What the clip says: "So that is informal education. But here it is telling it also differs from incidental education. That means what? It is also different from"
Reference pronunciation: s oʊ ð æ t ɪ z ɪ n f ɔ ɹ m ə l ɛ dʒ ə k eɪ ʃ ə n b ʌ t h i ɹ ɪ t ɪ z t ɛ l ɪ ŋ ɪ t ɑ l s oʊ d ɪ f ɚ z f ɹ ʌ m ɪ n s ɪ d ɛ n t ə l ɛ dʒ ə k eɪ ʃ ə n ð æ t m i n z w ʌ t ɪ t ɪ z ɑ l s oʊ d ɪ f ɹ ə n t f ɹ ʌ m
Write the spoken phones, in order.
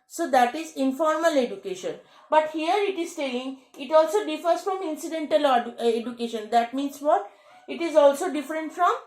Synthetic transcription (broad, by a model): s oʊ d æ t ɪ z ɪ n f ɔ ɹ m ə l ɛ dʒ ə k eɪ ʃ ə n b ʌ t h i ɹ ɪ t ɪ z t ɛ ɪ ŋ ɪ t ɑ l s oʊ d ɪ f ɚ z f ɹ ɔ m ɪ n s ɪ d ɛ n t ə l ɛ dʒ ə k eɪ ʃ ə n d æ t m i n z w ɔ t ɪ t ɪ z ɑ l s oʊ d ɪ f ɹ ə n t f ɹ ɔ m